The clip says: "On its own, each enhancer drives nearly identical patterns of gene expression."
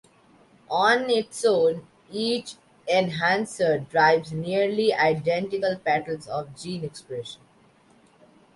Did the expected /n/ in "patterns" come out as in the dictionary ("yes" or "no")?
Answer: no